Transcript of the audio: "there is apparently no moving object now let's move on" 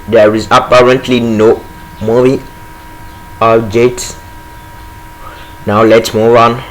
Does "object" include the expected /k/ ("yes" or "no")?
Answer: no